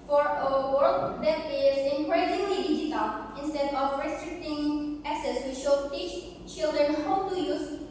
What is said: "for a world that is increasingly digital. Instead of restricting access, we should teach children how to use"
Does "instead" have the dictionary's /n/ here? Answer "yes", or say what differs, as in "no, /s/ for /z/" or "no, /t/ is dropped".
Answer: yes